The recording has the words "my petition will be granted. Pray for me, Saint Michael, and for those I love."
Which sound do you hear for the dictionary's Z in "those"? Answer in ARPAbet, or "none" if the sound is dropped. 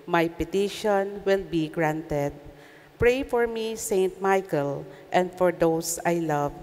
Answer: S